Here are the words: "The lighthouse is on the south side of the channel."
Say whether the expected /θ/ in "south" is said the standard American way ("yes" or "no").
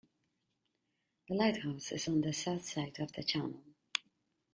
yes